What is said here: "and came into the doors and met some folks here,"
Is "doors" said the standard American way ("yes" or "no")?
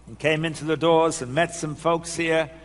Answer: yes